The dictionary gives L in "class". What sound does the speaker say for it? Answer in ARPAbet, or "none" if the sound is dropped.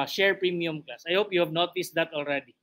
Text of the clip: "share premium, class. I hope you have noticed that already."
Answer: none